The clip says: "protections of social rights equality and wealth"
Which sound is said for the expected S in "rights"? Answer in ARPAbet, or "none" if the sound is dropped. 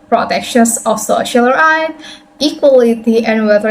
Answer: none